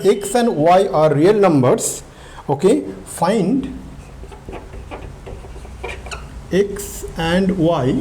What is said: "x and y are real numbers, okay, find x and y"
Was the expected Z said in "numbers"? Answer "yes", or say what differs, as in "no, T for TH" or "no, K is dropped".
no, S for Z